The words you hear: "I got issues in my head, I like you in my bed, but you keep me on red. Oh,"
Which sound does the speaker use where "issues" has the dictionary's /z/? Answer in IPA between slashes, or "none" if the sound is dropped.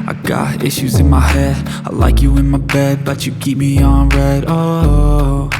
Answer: /z/